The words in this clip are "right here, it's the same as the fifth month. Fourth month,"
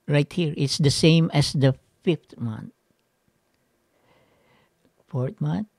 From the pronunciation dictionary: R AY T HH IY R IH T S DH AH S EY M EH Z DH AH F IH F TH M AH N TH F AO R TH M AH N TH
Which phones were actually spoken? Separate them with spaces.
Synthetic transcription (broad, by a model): R AY T HH IY R IH T S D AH S EY M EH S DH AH F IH F T M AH N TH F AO R T M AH N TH